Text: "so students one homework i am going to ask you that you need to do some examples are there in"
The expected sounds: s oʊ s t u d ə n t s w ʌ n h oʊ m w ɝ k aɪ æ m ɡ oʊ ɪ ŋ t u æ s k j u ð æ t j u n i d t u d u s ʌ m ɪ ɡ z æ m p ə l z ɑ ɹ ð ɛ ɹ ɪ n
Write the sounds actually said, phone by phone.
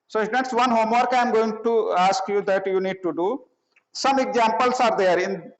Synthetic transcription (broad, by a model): s oʊ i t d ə t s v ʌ n h oʊ m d k aɪ m ɡ oʊ ɪ ŋ t u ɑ s k j u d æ t j u n i d t u d u s ʌ m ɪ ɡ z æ m p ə l s ɑ ɹ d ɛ ɹ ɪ n